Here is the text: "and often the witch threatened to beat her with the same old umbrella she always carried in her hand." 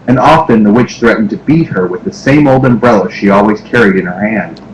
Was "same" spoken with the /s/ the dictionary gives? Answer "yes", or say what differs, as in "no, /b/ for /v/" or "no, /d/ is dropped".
yes